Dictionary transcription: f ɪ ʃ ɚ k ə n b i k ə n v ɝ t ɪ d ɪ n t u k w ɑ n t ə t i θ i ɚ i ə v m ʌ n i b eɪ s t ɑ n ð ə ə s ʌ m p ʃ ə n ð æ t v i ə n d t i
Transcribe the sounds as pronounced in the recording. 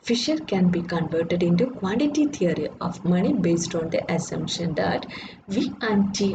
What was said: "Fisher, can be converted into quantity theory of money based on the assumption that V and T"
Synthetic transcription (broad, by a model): f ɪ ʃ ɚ k ə n b i k ə n v ɝ t ɪ d ɪ n t u k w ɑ n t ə t i t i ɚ i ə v m ʌ n i b eɪ s t ɑ n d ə ə s ʌ m p ʃ ə n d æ t v i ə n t i